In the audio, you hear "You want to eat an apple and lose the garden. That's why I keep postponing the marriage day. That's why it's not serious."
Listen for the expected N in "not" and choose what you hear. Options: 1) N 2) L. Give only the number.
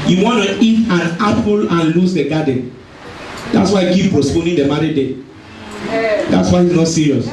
1